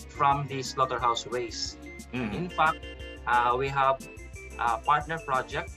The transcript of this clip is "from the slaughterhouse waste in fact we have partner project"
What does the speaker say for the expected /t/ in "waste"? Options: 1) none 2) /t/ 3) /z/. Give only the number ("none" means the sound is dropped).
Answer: 1